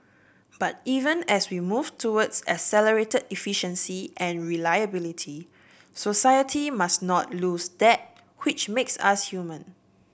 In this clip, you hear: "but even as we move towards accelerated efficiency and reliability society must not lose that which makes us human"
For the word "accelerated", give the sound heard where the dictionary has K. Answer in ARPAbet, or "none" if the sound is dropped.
none